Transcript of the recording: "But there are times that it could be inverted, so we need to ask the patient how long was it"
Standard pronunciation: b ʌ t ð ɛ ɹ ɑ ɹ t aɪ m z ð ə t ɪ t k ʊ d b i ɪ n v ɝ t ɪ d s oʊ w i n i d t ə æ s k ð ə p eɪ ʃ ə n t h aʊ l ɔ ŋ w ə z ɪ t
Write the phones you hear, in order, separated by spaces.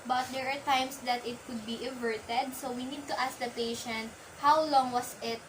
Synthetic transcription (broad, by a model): b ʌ t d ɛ ɹ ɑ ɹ t aɪ m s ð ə t ɪ t k ʊ d b i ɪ v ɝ t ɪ d s oʊ w i n i d t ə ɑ s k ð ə p eɪ ʃ ə n t h aʊ l ɔ ŋ w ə s ɪ t